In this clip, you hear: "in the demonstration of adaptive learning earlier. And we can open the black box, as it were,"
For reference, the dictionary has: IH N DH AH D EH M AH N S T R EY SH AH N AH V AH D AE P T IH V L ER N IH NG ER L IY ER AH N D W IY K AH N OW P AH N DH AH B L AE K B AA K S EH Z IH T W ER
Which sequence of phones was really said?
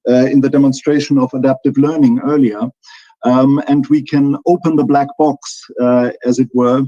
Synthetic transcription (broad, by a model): IH N DH AH D EH M AH N S T R EY SH AH N AH V AH D AE P T IH V L ER N IH NG ER L IY ER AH N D W IY K AH N OW P AH N DH AH B L AE K B AA K S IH Z IH T W ER